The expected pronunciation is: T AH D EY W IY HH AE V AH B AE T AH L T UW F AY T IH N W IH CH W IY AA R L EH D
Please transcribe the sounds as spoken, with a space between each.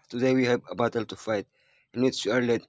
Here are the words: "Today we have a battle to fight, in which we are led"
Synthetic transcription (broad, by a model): T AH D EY W IY HH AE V AH B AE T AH L T UW F AY T IH N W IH S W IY AA R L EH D